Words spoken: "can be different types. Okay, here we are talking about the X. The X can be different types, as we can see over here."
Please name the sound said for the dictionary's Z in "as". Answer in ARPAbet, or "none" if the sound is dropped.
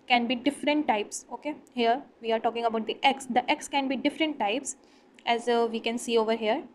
Z